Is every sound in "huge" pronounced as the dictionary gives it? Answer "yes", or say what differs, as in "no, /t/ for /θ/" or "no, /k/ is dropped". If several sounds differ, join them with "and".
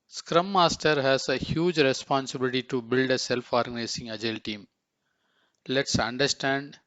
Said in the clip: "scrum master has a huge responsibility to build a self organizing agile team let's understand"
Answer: yes